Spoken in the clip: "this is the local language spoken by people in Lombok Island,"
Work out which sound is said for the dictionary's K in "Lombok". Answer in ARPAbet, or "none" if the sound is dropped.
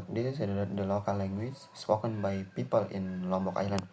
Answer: K